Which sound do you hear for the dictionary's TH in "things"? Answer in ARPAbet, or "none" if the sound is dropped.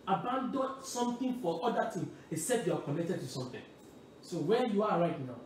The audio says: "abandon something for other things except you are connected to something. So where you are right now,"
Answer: T